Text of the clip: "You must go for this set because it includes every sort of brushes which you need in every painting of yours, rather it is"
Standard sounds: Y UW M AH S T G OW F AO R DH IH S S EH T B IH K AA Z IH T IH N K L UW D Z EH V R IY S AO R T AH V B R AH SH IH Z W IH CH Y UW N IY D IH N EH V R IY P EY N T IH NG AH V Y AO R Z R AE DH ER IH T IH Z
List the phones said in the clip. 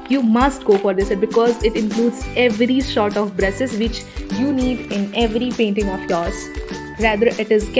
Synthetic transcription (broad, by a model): Y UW M AH S T G OW F AO R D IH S S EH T B IH K AA Z IH T IH N K L UW D Z EH V R IY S AO R T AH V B R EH S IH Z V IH CH Y UW N IY D IH N EH V R IY P EY N T IH NG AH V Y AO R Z R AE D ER IH T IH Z